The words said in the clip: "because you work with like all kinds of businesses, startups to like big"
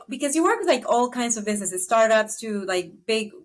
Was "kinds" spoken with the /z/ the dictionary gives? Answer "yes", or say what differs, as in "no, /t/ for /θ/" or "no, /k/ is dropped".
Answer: yes